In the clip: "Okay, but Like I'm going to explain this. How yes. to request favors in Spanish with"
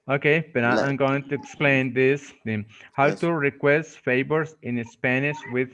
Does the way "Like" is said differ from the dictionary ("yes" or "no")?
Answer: yes